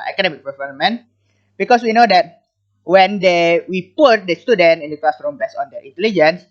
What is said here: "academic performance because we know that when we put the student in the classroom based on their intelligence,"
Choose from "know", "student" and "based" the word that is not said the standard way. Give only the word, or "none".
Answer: based